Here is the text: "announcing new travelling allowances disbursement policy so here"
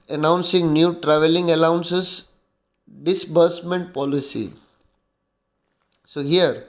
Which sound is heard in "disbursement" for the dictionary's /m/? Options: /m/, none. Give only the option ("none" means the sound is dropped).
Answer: /m/